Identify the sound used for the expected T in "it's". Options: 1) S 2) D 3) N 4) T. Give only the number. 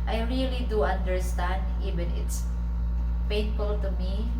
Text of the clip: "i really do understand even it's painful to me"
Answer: 4